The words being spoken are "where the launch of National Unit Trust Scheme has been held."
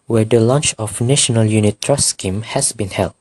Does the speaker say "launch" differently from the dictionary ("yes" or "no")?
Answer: no